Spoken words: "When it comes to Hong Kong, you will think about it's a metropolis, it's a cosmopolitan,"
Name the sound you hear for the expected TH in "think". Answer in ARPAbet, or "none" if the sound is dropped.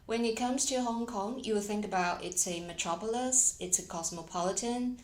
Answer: TH